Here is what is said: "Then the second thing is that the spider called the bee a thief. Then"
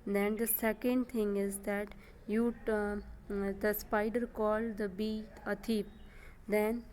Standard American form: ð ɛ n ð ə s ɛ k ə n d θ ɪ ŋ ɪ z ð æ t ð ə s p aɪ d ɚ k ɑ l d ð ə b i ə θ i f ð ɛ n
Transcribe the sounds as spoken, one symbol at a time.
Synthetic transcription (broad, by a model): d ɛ n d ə s ɛ k ə n d t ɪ ŋ ɪ z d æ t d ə s p aɪ d ɚ k ɑ l d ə b i ə t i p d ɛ n